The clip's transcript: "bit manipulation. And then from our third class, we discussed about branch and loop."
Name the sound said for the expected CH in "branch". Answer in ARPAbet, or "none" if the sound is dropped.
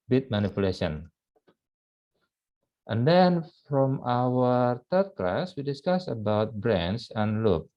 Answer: S